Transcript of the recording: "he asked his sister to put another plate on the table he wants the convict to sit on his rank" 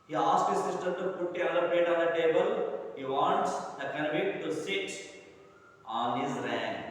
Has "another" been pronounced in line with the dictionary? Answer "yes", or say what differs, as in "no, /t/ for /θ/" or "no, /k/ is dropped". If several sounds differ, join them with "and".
no, /n/ is dropped